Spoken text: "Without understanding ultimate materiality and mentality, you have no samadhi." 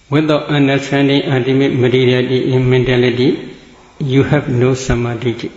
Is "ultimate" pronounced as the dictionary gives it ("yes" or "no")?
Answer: no